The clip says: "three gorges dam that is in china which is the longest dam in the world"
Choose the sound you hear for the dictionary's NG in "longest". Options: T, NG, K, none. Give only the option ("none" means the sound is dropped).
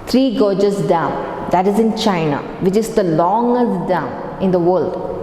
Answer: NG